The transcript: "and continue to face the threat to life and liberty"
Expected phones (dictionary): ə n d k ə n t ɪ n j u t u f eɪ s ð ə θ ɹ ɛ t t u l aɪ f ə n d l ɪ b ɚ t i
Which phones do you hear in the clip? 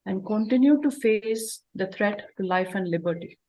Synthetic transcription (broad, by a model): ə n d k ə n t ɪ n j u t u f eɪ s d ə t ɹ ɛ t t u l aɪ f ə n d l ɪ b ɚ t i